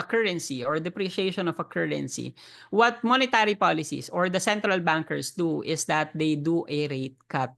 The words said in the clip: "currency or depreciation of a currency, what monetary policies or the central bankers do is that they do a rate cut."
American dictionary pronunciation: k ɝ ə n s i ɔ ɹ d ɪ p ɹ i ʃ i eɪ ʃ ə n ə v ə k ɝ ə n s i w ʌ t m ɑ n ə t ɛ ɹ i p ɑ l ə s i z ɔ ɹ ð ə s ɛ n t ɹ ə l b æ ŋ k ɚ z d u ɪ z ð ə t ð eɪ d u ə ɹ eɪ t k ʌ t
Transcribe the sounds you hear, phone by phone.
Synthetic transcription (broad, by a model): k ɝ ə n s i ɔ ɹ d ɪ p ɹ i ʃ i eɪ ʃ ə n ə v ə k ɝ ə n s i w ʌ t m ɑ n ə t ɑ ɹ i p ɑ l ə s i s ɔ ɹ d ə s ɛ n t ɹ ə l b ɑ ŋ k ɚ s d u ɪ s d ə t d eɪ d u ə ɹ eɪ t k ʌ t